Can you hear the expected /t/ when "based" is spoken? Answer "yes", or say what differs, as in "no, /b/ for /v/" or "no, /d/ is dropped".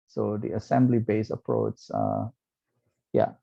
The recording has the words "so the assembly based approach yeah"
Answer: no, /t/ is dropped